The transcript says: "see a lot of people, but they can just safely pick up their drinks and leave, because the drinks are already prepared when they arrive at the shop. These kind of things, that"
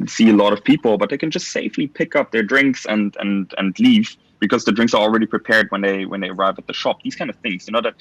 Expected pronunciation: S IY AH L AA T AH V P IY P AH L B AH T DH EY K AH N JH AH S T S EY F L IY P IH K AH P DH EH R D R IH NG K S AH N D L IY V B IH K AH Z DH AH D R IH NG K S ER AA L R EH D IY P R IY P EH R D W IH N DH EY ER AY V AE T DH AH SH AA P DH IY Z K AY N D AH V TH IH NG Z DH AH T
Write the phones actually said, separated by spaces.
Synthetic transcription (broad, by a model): S IY AH L AA T AH V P IY P L B AH T DH EY K N JH AH S T S EY F L IY P IH K AH P DH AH R D R IH NG K S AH N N L IY V B IH K AH Z DH AH D R IH NG K S ER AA L R EH D IY P R IY P EH R D W IH N DH EY ER AY V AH T DH AH SH AA P DH IY Z K AY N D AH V TH IH NG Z DH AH T